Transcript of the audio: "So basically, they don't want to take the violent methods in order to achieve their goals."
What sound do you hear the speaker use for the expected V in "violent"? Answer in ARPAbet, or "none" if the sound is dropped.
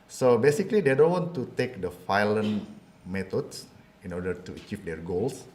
F